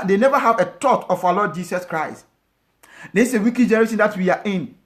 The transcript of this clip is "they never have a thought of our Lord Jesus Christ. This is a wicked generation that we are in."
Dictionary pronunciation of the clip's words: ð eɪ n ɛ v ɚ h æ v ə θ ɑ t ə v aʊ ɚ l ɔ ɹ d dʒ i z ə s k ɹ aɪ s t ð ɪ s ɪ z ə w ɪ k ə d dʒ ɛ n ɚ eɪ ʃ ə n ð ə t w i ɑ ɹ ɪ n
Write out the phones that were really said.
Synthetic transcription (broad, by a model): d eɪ n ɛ v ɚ h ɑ v ə t ɑ t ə f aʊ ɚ l ɔ d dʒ i s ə s k ɹ aɪ s t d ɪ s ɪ w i k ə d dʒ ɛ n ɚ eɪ s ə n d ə t w i ɑ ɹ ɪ n